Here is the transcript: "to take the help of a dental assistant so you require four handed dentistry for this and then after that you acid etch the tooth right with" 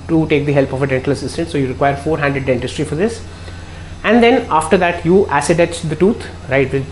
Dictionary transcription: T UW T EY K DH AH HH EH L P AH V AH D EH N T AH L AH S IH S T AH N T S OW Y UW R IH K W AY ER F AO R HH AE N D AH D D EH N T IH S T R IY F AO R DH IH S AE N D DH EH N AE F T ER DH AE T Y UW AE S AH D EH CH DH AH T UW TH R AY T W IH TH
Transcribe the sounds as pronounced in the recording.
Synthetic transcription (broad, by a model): T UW T EY K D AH HH EH L P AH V AH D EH N T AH L AH S IH S T AH N T S OW Y UW R IH K W AY ER F AO R HH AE N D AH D D EH N T IH S T R IY F AO R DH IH S AE N D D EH N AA F T ER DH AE T Y UW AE S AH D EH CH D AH T UW T R AY T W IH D